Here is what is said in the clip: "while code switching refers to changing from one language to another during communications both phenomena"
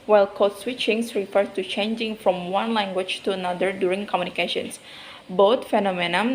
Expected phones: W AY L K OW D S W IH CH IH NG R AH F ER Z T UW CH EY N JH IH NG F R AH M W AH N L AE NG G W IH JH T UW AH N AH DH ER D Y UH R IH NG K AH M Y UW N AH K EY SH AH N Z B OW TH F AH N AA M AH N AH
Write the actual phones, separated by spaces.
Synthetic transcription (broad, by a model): W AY L K OW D S W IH CH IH NG R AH F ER S T UW CH EY N JH IH NG F R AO M W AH N L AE NG G W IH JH T UW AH N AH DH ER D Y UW R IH NG K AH M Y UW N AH K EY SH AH N S B OW T F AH N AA M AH N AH